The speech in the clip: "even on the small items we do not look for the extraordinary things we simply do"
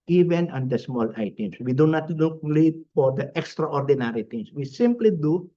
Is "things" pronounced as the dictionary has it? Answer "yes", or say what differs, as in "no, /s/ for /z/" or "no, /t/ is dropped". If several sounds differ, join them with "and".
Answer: no, /t/ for /θ/ and /s/ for /z/